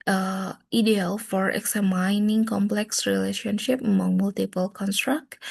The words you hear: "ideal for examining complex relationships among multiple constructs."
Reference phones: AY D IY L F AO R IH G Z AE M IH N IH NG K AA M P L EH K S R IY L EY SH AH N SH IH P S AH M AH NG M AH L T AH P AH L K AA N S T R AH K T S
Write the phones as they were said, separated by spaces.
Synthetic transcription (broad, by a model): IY D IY L F AO R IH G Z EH M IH N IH NG K AA M P L EH K S R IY L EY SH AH N SH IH P AH M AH NG M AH L T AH P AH L K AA N S T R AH K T